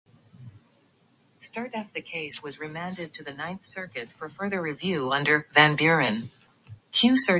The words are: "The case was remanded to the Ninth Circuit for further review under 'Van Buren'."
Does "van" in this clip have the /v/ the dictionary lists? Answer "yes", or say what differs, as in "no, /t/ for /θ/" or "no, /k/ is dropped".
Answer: yes